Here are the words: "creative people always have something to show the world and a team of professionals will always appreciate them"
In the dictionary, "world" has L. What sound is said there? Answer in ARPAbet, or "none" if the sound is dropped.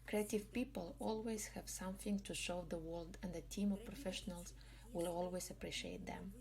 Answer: L